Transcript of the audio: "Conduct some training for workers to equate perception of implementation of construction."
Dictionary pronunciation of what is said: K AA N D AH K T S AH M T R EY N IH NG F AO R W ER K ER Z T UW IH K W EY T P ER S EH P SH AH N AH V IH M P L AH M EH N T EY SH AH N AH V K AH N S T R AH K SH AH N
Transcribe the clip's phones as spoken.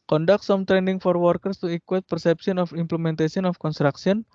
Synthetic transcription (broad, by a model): K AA N D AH K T S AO M T R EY N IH NG F AO R W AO K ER S T UW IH K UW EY T P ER S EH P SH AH N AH F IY M P L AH M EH N T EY S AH N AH F K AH N S T R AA K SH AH N